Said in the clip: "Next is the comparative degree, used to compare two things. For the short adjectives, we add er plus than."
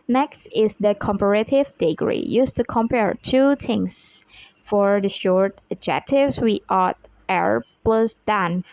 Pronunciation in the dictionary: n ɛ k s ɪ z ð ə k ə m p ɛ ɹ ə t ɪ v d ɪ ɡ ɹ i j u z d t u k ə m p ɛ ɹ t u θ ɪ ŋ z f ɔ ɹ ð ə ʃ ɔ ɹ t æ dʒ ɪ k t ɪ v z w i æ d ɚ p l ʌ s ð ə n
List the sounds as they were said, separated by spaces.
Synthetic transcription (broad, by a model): n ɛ k s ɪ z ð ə k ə m p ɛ ɹ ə t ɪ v d ɪ ɡ ɹ i j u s t u k ə m p ɛ ɹ t u t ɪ ŋ s f ɔ ɹ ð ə ʃ ɔ ɹ t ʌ dʒ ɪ k t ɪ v s w i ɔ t ɚ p l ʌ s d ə n